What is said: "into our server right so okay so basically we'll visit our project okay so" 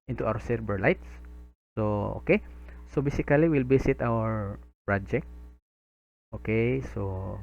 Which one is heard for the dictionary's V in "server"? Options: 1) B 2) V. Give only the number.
1